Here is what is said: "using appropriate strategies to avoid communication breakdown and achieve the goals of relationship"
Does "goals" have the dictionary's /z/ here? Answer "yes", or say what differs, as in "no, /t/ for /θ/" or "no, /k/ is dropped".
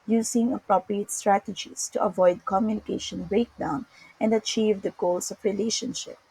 no, /s/ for /z/